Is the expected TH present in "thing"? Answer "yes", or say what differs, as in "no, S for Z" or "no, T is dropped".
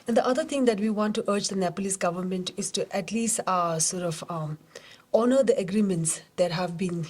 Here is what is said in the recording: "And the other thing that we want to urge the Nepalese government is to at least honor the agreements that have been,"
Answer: no, T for TH